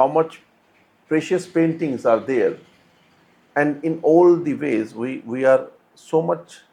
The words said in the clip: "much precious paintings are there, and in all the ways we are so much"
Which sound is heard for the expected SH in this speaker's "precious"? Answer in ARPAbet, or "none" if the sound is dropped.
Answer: SH